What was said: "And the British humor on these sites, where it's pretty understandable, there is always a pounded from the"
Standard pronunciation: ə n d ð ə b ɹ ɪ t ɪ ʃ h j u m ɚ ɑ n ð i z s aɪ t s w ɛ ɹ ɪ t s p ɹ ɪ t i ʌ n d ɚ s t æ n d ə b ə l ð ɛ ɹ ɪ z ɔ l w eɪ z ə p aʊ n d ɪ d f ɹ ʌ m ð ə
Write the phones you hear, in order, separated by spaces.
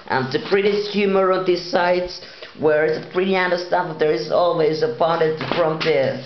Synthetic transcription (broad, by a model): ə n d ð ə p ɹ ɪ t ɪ s h j u m ɚ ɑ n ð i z s aɪ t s w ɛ ɹ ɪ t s p ɹ ɪ t i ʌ n d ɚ s t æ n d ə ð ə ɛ ɹ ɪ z ɔ l w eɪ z ə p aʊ n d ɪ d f ɹ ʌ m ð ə